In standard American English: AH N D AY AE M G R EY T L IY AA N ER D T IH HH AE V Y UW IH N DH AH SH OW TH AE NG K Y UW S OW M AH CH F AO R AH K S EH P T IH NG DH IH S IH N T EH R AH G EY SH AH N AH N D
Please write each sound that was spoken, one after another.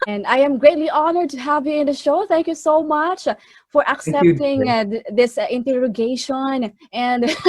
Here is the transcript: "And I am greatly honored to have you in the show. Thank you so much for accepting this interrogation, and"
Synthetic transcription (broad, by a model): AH N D AY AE M G R EY T L IY AA N ER D T IH HH AE V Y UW IH N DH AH SH OW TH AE NG K Y UW S OW M AH CH F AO R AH K S EH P T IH NG DH IH S IH N T EH R AH G EY SH AH N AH N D